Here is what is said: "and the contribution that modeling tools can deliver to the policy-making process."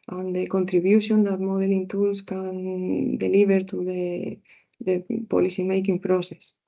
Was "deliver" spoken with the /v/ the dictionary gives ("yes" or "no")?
no